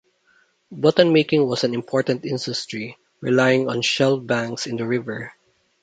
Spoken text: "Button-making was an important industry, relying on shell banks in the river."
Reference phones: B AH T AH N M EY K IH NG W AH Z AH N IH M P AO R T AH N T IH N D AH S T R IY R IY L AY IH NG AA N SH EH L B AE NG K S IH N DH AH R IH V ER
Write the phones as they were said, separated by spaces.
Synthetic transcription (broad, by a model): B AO T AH N M EY K IH NG W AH S AH N IH M P AO R T AH N T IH N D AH S T R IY R IY L AY IH NG AA N SH EH L B AE NG K S IH N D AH R IH V ER